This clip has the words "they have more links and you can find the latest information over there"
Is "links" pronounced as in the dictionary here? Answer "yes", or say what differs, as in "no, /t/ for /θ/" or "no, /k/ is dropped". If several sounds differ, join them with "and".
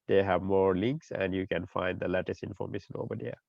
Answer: yes